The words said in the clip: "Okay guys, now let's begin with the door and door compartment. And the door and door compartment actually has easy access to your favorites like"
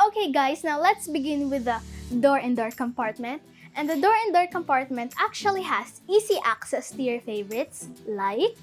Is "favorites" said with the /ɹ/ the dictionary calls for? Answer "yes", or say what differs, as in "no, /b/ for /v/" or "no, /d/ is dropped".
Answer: yes